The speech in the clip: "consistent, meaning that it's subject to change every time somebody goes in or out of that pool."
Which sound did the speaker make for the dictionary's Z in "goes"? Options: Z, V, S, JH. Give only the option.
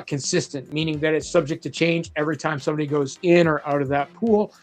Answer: Z